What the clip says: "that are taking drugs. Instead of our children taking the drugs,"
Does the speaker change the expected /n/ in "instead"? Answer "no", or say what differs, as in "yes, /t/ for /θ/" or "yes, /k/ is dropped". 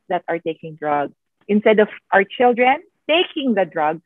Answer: no